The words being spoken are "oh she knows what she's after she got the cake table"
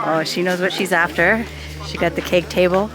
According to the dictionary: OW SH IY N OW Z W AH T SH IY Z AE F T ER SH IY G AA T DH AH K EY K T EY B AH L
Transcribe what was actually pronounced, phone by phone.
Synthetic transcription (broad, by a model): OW SH IY N OW Z W AH T SH IY Z AE F T ER SH IY G AA T DH AH K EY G T EY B L